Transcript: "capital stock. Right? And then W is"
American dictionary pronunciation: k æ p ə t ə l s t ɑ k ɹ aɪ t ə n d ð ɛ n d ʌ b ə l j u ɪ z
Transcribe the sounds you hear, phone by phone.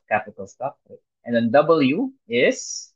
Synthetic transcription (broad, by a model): k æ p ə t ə l s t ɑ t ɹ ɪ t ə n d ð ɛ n d ʌ b ə l j u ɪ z